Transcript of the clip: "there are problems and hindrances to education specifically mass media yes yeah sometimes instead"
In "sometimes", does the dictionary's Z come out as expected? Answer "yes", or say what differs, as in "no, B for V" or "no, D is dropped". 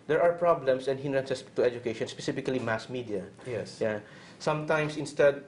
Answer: no, S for Z